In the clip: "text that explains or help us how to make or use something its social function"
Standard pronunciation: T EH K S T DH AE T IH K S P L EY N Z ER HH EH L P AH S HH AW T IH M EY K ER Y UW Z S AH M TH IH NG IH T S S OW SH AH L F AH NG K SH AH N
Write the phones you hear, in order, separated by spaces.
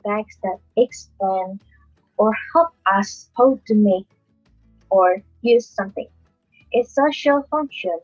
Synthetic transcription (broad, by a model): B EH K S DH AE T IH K S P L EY N ER HH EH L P AH S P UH T IH M EY K ER Y UW Z S AH M TH IH NG T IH S OW SH AH L F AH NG K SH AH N